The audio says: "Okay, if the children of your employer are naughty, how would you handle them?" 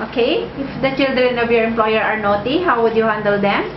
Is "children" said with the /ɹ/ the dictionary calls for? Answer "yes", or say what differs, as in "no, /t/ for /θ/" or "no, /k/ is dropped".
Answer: yes